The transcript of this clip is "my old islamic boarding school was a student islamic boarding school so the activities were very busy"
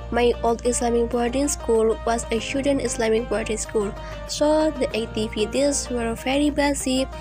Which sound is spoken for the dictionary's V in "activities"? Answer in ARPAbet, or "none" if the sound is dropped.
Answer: P